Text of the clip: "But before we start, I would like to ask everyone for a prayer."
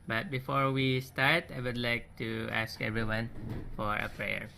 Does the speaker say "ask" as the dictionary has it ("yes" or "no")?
yes